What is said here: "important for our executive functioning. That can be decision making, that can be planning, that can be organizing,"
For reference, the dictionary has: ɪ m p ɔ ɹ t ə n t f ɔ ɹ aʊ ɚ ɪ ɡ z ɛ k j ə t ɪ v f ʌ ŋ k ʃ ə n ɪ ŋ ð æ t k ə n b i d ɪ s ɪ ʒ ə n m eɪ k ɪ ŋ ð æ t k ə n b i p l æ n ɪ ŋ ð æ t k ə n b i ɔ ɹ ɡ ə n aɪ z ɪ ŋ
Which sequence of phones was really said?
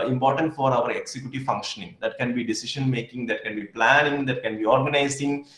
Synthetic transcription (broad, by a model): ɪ m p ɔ ɹ t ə n t f ɔ ɹ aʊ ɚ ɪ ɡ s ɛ k j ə t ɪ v f ʌ ŋ k ʃ ə n ɪ ŋ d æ t k ə n b i d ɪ s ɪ ʃ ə n m eɪ k ɪ ŋ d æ t k ə n b i p l æ n ɪ ŋ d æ t k ə n b i ɔ ɹ ɡ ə n aɪ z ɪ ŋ